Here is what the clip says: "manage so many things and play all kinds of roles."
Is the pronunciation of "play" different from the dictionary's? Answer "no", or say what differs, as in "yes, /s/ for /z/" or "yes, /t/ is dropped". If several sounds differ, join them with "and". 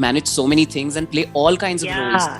no